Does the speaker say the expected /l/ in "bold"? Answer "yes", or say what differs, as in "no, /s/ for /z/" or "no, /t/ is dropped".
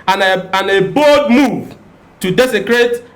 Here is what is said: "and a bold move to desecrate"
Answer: no, /l/ is dropped